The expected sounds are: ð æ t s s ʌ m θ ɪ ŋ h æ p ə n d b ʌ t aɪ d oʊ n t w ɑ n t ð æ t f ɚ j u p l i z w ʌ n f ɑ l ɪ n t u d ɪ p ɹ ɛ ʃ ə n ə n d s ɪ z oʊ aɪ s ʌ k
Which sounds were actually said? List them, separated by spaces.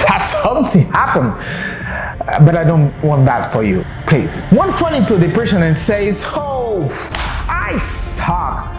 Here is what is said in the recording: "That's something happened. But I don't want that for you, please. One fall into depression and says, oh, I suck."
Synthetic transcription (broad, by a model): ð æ t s s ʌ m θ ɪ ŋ h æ p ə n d b ʌ t aɪ d oʊ n t w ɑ n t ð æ t f ɚ j u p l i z w ʌ n f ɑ n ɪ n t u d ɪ p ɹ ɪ s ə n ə n s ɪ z oʊ aɪ s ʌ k